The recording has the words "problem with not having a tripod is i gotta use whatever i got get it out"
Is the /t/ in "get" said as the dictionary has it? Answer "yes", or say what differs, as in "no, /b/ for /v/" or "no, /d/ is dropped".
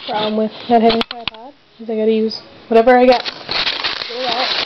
no, /t/ is dropped